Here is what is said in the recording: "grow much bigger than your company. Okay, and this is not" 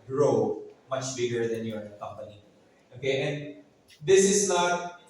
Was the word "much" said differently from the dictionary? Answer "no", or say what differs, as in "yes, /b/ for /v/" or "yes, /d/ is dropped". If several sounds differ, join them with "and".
no